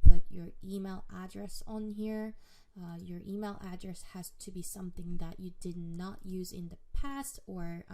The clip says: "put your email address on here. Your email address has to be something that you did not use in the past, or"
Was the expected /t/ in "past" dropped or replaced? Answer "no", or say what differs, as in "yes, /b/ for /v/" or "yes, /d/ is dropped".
no